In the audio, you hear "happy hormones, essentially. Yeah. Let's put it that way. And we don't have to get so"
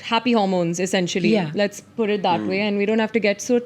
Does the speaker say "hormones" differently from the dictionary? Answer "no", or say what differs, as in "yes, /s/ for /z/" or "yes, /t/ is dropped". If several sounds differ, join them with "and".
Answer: no